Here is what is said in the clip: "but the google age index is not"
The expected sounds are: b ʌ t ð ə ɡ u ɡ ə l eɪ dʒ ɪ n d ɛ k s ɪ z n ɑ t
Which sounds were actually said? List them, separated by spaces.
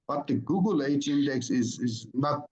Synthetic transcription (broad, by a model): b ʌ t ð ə ɡ u ɡ ə l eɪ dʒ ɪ n d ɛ k s ɪ z n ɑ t